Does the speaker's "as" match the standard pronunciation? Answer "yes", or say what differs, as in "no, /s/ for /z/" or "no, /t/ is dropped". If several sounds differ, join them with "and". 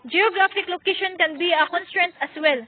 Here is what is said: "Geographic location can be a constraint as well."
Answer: no, /s/ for /z/